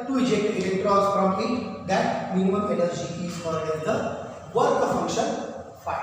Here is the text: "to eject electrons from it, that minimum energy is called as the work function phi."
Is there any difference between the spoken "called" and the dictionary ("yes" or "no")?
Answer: yes